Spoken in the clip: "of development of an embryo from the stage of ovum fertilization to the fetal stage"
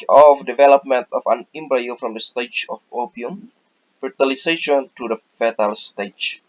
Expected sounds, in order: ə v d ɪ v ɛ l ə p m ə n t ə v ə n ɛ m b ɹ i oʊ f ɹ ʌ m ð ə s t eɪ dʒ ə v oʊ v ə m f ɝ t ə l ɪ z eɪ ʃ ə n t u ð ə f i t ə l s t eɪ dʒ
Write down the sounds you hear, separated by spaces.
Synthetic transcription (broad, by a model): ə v d ɪ v ɛ l ə p m ə n t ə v ə n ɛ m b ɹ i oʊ f ɹ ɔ m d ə s t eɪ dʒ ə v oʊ p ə m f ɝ t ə l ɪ s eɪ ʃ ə n t u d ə f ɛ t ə l s t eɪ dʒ